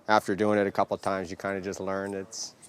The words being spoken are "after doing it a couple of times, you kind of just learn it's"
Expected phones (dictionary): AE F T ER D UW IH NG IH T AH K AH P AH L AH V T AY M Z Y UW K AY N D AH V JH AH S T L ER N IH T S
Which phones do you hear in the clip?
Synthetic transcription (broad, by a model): AE F T ER D UW IH NG IH T AH K AH P L T AY M Z Y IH K AY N D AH JH AH S T L ER N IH T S